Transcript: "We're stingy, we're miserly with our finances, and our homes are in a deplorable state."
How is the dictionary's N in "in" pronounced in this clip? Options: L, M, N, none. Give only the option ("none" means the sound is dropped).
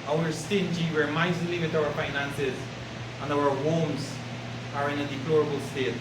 N